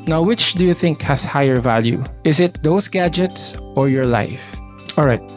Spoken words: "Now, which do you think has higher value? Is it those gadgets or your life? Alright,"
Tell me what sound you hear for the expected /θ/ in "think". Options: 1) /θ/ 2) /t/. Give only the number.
1